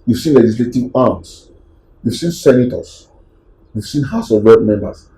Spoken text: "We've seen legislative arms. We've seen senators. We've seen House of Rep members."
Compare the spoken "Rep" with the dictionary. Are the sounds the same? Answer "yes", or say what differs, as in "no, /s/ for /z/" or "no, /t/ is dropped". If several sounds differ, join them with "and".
no, /w/ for /ɹ/